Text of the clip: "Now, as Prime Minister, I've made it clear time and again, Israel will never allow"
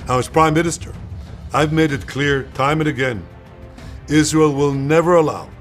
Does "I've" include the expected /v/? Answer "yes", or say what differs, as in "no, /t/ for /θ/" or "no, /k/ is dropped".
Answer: yes